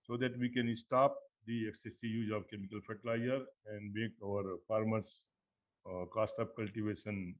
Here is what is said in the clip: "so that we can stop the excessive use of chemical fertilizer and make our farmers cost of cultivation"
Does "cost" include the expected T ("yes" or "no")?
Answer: yes